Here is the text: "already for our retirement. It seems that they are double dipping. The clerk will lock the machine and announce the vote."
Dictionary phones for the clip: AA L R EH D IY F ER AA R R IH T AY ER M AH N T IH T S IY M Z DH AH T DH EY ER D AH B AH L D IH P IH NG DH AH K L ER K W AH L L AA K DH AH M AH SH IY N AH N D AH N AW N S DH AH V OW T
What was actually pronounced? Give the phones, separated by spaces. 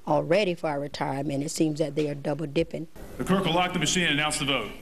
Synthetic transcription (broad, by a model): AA L R EH D IY F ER R R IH T AY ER M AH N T IH T S IY M Z DH AH T DH EY ER D AH B L D IH P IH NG DH AH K ER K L L AA K DH AH M AH SH IY N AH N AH UH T S DH AH V OW T